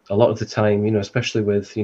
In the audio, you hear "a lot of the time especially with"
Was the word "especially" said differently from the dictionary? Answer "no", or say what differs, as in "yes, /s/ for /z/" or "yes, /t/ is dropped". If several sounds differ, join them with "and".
no